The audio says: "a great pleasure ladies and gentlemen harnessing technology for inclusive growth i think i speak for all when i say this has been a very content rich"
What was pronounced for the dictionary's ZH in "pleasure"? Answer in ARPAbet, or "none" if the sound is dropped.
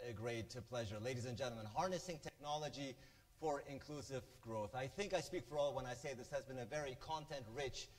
ZH